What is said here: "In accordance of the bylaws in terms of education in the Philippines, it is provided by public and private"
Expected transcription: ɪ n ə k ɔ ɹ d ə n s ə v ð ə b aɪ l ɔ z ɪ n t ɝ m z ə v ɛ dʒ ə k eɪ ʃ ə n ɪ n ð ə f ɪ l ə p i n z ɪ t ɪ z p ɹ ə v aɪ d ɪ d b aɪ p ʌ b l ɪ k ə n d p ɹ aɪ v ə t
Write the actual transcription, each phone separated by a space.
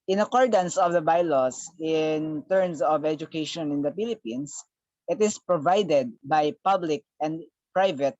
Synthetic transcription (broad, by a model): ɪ n ə k ɔ ɹ d ə n s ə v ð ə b aɪ l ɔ s ɪ n t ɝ m s ə v ɛ dʒ ə k eɪ ʃ ə n ɪ n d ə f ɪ l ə p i n s ɪ t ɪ s p ɹ ə v aɪ d ɪ d b aɪ p ʌ b l ɪ k ə n d p ɹ aɪ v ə t